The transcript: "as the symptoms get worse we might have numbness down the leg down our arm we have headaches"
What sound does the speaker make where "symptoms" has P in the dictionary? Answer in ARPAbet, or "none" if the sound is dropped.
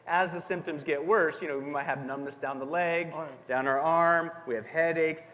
P